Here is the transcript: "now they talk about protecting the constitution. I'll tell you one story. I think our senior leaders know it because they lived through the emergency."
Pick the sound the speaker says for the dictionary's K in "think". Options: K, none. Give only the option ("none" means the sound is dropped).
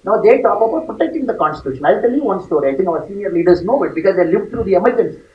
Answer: none